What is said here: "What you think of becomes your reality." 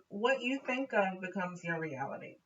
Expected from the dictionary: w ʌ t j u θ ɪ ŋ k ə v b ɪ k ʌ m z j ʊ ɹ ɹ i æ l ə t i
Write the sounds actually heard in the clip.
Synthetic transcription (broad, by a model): w ʌ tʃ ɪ θ ɪ ŋ k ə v b ɪ k ʌ m z j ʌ ɹ ɹ i æ l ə t i